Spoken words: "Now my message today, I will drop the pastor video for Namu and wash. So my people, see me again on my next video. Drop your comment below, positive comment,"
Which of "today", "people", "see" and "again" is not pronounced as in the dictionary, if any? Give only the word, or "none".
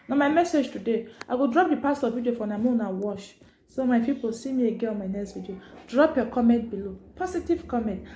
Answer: again